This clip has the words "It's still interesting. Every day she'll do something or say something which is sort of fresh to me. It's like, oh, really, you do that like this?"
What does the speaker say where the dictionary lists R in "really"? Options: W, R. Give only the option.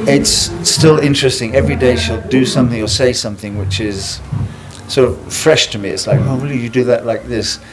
W